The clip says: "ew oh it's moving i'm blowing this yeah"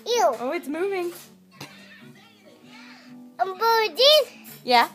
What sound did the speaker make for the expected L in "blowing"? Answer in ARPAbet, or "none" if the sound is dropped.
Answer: none